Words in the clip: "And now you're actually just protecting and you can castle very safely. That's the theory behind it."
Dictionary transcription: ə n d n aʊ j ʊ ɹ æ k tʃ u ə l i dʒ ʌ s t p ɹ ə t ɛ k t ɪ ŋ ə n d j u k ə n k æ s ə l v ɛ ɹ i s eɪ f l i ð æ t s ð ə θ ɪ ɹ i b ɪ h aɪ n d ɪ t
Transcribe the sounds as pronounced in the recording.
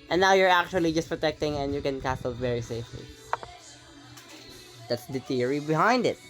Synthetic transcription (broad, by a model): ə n n aʊ j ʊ ɹ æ k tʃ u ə l i dʒ ʌ s t p ɹ ə t ɛ k t ɪ ŋ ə n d j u k ə n k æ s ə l v ɛ ɹ i s eɪ f l i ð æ t s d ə t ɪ ɹ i b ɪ h aɪ n d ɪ t